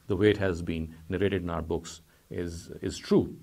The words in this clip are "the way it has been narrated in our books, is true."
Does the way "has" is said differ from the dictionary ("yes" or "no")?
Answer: no